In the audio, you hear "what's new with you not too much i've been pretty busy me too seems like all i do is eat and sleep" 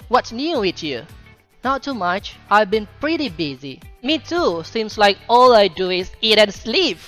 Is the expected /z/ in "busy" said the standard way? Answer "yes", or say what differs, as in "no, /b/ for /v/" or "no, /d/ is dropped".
yes